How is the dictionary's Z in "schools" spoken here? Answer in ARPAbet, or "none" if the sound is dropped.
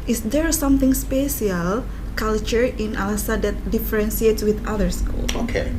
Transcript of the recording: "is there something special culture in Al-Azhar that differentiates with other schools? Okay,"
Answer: none